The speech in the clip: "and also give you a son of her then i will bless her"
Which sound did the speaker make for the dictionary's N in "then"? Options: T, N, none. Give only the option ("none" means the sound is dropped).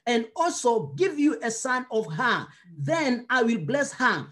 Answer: N